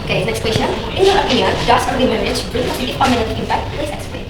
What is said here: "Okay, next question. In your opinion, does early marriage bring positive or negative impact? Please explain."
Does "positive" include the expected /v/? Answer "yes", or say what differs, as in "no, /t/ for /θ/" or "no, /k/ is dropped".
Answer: no, /f/ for /v/